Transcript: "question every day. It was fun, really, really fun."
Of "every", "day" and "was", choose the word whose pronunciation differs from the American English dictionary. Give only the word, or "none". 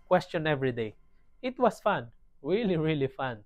was